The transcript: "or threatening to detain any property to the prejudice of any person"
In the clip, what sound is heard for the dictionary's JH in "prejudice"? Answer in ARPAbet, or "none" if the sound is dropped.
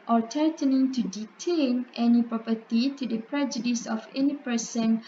JH